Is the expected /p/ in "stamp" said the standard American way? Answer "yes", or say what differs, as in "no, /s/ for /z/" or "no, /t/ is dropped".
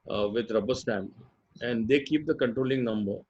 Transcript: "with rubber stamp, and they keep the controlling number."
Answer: no, /p/ is dropped